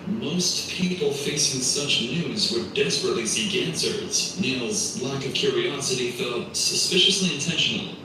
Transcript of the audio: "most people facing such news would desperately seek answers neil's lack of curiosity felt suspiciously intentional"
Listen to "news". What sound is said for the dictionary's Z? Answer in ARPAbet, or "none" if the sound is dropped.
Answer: Z